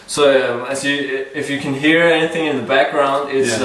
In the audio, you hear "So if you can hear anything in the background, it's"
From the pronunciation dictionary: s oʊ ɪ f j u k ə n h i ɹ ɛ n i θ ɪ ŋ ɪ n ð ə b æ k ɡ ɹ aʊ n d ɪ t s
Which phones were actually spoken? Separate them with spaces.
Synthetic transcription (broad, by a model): s oʊ ɪ f j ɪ k ə n h i ɹ ɛ n i θ ɪ ŋ ɪ n ð ə b æ k ɡ ɹ aʊ n d ɪ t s